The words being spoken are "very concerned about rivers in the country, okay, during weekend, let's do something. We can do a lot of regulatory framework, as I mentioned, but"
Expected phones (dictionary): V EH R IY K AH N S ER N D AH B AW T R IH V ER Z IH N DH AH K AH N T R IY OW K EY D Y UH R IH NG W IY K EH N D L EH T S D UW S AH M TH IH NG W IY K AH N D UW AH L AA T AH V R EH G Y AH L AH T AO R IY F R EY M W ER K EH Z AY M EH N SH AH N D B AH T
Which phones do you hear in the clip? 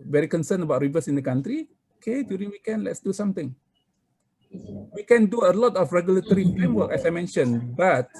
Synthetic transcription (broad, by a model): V EH R IY K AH N S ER N AH B AW T R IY V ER S IH N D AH K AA N T R IY OW K EY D Y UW R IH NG W IY K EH N L EH T S D UW S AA M T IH NG W IY K AH N D UW AH L AA T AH F R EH G Y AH L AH T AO R IY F EY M W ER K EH S AY M EH N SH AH N B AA T